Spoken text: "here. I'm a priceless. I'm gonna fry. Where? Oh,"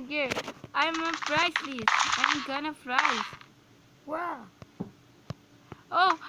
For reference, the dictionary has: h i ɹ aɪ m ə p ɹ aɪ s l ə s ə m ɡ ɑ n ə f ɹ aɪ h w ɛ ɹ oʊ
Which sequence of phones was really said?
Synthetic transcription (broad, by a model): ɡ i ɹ aɪ m ə f ɹ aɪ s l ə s ə m ɡ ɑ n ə f ɹ aɪ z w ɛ oʊ